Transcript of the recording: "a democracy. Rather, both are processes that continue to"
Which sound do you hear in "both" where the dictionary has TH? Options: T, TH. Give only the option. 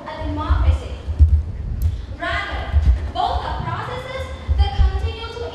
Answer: T